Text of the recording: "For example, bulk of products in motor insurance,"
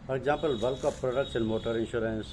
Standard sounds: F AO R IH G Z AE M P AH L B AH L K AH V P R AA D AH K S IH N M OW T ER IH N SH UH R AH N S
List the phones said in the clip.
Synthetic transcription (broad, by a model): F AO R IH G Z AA M P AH L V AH L K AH F P R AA D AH K SH IH N M OW T ER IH N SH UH R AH N S